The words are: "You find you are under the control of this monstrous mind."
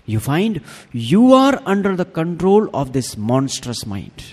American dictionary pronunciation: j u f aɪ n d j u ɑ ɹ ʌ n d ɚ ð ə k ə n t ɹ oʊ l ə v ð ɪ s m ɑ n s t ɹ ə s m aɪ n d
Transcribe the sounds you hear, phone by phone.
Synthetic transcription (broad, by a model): j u f aɪ n d j u ɑ ɹ ʌ n d ɚ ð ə k ə n t ɹ oʊ l ə v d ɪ s m ɑ n s t ɹ ə s m aɪ n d